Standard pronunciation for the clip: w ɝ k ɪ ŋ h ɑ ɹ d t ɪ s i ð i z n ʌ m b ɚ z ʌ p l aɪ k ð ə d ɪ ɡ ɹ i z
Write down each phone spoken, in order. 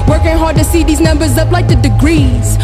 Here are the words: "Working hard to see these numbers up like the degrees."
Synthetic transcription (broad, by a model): w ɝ k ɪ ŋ h ɑ ɹ d t ɪ s i ð i z n ʌ m b ɚ z ʌ p l aɪ k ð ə d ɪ ɡ ɹ i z